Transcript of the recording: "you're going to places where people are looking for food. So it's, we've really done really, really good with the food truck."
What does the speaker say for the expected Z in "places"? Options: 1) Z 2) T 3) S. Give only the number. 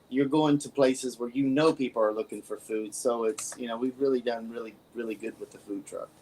1